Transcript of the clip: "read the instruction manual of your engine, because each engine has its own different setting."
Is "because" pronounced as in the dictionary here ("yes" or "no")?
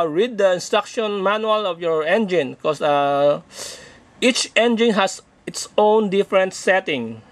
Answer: no